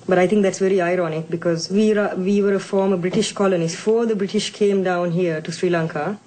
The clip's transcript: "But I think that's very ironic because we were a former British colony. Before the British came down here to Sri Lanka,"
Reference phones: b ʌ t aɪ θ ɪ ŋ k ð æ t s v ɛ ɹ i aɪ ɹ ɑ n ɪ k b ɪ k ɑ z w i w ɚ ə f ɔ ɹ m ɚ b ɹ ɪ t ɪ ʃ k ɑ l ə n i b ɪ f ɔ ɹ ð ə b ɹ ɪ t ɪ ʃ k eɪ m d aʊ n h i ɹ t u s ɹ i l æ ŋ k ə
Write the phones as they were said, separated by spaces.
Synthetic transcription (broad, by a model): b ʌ t aɪ t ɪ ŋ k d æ t s v ɛ ɹ i aɪ ɹ ɑ n ɪ k b ɪ k ɑ z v i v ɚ ə f ɔ ɹ m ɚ b ɹ ɪ t ɪ ʃ k ɑ l ə n i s f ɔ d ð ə b ɹ ɪ t ɪ ʃ k eɪ m d aʊ n h i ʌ t u s ɹ i l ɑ ŋ k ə